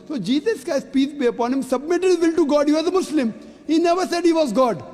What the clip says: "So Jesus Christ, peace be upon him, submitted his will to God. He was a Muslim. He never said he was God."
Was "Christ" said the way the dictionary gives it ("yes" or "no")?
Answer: no